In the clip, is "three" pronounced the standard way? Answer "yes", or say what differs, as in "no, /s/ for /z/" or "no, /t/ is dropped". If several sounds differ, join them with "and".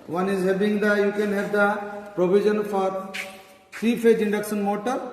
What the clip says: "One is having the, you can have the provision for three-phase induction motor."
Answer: no, /f/ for /θ/